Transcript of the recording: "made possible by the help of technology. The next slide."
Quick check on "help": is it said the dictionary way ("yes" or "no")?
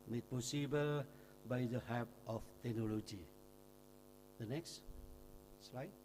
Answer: no